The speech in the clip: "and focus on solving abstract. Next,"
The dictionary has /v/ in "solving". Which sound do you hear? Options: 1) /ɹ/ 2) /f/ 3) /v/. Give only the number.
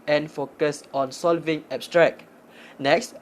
3